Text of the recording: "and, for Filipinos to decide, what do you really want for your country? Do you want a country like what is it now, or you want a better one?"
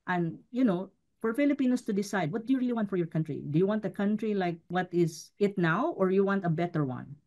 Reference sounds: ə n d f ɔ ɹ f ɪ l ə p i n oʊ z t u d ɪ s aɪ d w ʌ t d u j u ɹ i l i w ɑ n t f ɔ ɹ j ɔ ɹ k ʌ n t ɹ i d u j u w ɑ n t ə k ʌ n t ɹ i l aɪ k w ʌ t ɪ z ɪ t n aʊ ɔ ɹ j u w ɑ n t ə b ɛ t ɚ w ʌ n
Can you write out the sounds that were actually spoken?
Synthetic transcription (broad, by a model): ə n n f ɔ ɹ f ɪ l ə p i n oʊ s t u d ɪ s aɪ d w ʌ t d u j u ɹ i l i w ɑ n t f ɔ ɹ j ɔ ɹ k ʌ n t ɹ i d u j u w ɑ n t ə k ʌ n t ɹ i l aɪ k w ʌ t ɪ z ɪ t n aʊ ɔ ɹ j u w ɑ n t ə b ɛ t ɚ w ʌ n